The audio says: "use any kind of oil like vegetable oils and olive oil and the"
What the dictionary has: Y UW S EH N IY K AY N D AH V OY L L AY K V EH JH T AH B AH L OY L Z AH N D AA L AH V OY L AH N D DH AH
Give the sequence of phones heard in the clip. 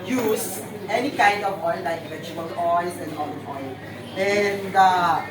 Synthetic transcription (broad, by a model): Y UW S EH N IY K AY N D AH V OY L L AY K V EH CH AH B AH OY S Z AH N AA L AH OY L AH N D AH